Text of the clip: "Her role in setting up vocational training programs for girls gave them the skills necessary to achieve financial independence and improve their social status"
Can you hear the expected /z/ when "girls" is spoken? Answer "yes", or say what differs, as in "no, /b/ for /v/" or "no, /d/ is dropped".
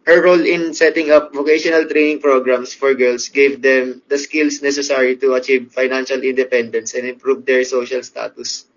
no, /s/ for /z/